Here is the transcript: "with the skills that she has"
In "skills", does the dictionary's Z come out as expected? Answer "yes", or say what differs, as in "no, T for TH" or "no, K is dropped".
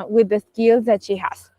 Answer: yes